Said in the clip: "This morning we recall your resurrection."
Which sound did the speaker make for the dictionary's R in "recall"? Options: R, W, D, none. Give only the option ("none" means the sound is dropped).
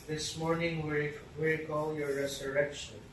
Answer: W